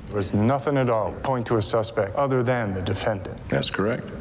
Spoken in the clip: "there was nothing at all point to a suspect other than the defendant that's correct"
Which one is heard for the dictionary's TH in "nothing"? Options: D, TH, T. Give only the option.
TH